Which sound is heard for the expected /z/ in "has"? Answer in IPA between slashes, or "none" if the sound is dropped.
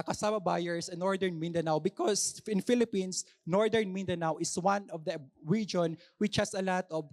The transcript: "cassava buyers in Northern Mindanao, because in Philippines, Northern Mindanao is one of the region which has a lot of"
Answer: /s/